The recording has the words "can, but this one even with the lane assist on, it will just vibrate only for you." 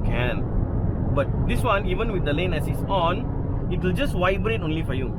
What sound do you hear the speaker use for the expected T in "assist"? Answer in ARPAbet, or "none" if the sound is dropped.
none